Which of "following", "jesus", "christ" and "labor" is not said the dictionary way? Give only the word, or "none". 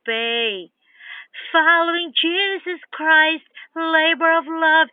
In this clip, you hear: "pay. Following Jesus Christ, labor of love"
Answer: none